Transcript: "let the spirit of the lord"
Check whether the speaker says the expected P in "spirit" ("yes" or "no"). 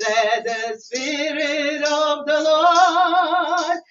yes